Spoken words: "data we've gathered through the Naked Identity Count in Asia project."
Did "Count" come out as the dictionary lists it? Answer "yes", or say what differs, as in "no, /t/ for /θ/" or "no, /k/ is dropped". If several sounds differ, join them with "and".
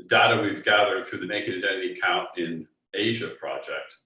yes